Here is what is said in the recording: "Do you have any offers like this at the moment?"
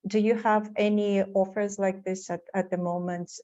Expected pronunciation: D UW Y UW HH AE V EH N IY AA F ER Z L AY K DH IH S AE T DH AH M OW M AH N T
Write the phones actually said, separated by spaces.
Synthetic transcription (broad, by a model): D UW Y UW HH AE V EH N IY AA F ER Z L AY K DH IH S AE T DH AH M OW M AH N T